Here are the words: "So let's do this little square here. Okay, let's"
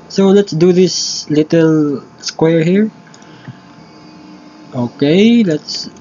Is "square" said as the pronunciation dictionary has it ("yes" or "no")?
yes